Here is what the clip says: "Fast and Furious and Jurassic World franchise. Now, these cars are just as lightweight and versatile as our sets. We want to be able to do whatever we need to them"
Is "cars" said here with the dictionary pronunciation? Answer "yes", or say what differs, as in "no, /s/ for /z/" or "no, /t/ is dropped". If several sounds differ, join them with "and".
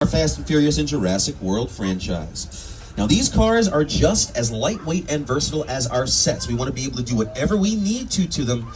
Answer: yes